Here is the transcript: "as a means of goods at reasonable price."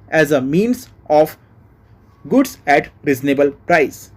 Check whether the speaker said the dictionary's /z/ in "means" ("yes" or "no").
no